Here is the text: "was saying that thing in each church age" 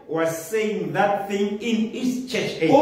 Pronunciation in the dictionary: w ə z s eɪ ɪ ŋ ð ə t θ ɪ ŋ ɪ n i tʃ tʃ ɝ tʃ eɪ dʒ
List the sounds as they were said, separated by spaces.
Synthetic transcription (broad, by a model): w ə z s eɪ ɪ ŋ ð ə t θ ɪ ŋ ɪ n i s tʃ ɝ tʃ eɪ